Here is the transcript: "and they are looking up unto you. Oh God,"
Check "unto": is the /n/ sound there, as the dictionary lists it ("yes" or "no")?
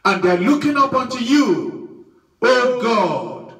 yes